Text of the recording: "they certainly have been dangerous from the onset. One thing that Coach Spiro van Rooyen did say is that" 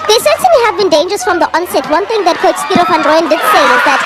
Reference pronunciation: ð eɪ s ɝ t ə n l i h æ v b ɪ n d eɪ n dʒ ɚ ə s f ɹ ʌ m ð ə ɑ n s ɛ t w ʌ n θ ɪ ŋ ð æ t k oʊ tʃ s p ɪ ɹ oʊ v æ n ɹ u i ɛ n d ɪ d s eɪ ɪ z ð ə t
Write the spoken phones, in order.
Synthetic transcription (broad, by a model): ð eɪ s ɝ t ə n i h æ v b ɪ n d eɪ n dʒ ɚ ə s f ɹ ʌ m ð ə ɑ n s ɛ t w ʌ n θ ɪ ŋ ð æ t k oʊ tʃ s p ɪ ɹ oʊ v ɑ n ɹ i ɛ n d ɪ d s eɪ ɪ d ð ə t